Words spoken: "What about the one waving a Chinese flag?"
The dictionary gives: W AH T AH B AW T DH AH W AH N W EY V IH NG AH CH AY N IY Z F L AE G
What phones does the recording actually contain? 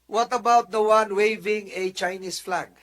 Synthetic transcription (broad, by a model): W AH T AH B AW T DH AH W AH N W EY V IH NG AH CH AY N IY S F L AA G